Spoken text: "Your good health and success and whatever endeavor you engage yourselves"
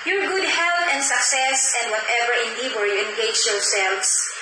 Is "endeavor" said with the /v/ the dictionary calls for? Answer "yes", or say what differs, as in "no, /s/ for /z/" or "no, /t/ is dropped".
no, /w/ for /v/